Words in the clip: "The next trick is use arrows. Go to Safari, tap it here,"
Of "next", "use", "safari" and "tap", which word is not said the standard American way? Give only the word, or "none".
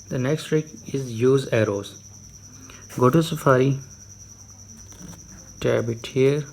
tap